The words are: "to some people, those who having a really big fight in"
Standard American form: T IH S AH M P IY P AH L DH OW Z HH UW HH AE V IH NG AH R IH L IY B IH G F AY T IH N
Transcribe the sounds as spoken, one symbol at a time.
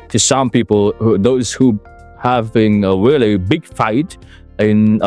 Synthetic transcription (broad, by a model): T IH S AH M P IY P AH L DH OW Z HH UW HH AE V IH NG AH R IH L IY B IH G F AY T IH N